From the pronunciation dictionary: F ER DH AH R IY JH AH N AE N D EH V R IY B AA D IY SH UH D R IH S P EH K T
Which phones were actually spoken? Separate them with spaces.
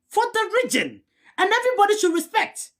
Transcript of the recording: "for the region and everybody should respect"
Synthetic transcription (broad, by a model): F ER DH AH R IY JH AH N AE N EH V R IY B AA D IY SH UH D R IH S P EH K T